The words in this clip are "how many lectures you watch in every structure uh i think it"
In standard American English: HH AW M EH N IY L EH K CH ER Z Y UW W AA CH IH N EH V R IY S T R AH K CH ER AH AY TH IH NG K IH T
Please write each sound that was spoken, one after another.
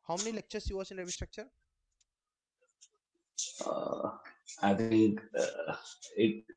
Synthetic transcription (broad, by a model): HH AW M EH N IY L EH K CH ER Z Y UW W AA S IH N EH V IY S T R AH K CH ER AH AY T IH NG K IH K